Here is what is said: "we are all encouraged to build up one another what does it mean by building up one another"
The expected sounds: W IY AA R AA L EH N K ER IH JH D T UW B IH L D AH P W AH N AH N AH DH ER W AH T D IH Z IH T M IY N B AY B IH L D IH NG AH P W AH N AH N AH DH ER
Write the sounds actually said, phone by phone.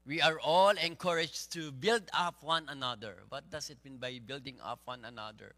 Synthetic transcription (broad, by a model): W IY AA R AA L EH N K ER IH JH T UW B IH L D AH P W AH N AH N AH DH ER W AH T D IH S IH T M IY N B AY B IH L D IH NG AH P W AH N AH N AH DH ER